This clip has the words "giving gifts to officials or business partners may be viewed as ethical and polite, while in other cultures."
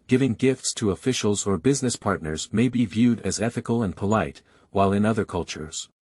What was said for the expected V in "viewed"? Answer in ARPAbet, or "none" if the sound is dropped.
V